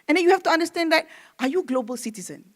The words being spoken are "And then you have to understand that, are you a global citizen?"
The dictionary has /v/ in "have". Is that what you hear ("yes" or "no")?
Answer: no